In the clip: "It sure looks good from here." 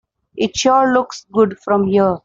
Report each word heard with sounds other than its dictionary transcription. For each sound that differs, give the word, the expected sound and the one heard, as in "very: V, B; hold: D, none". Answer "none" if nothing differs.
sure: R, L